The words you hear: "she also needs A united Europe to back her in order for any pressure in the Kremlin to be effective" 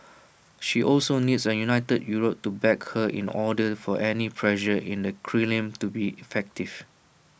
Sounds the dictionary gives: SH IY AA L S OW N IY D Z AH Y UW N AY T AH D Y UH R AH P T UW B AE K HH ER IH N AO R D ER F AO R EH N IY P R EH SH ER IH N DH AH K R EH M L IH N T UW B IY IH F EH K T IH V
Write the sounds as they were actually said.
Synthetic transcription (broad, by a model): SH IY AA L S OW N IY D S AH Y UW N AY T AH D Y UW R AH P T UW B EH K HH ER IH N AO D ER F AO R EH N IY P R EH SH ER IH N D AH K R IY L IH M T UW B IY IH F EH K T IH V